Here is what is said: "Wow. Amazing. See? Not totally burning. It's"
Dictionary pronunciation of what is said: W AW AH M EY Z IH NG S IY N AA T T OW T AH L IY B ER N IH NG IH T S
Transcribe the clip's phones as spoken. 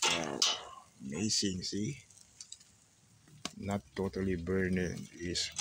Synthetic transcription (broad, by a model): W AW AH M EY S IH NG S IY N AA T T OW T AH L IY B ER N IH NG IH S